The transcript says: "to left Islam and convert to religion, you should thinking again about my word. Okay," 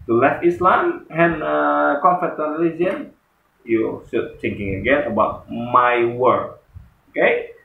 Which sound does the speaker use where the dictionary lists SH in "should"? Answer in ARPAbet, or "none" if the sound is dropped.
S